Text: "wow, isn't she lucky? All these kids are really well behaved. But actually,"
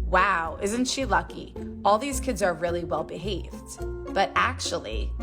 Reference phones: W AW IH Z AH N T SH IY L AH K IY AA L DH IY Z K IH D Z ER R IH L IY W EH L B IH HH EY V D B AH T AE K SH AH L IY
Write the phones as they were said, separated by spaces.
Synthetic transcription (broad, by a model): W AW IH Z N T SH IY L AH K IY AA L DH IY Z K IH D Z ER R IH L IY W EH L B IH HH EY V D B AH T AE K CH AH L IY